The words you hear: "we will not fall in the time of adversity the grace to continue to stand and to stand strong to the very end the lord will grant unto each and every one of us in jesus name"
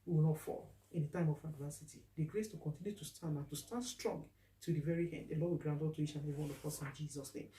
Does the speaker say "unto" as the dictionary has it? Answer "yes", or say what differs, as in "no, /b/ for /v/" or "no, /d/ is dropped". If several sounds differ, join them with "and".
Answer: no, /n/ is dropped